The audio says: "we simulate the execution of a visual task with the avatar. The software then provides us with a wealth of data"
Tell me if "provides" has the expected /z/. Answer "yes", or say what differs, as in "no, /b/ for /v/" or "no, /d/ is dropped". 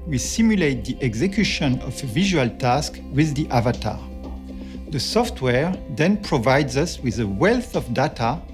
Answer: yes